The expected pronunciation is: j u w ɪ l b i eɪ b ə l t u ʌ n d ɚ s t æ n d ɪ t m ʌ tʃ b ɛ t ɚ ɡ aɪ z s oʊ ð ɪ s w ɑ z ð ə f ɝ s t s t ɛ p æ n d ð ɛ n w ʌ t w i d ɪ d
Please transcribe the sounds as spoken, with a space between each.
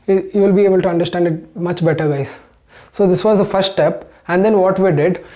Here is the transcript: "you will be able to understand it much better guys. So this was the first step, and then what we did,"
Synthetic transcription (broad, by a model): j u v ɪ l b i eɪ b ə l t u ʌ n d ɚ s t æ n d ɪ t m ʌ tʃ b ɛ t ɚ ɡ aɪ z s oʊ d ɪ s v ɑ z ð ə f ɝ s t t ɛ p æ n d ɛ n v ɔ t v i d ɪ d